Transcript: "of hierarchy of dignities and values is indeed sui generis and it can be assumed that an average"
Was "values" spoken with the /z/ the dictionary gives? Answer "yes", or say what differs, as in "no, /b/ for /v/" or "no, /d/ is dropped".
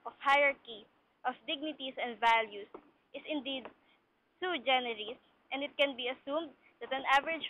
no, /s/ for /z/